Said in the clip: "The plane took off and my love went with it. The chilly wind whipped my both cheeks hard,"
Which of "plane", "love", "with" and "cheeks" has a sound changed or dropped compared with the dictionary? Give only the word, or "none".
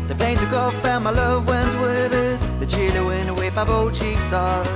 none